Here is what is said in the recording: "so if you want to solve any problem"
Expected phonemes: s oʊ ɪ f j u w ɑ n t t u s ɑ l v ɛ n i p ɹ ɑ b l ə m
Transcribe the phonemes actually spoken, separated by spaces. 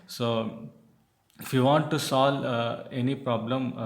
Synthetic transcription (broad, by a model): s oʊ ɪ f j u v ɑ n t t u s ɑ l ɛ n i p ɹ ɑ b l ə m